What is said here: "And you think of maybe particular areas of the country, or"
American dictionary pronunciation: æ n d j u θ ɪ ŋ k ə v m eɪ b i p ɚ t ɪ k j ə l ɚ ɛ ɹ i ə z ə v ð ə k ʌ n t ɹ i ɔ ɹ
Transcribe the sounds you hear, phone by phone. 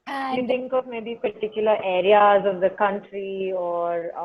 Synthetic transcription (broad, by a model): j u t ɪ ŋ k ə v m eɪ b i p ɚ t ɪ k j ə l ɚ ɛ ɹ i ə z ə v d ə k ʌ n t ɹ i ɔ ɹ